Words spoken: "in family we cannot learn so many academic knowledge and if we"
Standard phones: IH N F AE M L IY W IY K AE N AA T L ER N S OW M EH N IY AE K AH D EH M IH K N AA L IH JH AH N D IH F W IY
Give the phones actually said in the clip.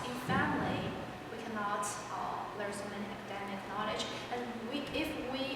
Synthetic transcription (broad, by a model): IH F AE M L IY W IY K AE N AA T L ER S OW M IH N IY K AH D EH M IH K N AA L IH JH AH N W IH F W IY